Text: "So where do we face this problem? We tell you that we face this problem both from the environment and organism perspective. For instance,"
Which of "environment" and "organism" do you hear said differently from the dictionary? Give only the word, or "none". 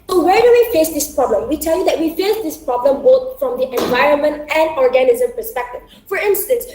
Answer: none